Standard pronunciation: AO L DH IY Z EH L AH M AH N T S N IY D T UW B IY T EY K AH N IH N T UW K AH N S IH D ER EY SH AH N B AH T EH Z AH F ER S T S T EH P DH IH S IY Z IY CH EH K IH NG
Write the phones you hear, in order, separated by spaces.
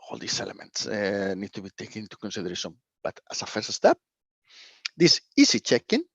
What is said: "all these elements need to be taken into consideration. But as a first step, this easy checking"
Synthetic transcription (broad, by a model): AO L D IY S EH L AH M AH N T S N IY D T UW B IY T EY K AH N IH N T UW K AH N S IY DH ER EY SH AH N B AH T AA S AH F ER S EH S T EH P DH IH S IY S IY CH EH K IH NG